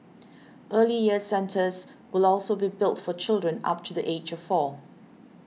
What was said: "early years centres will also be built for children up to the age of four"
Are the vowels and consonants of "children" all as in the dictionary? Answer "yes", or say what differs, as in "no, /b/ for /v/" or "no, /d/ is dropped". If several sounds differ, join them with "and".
yes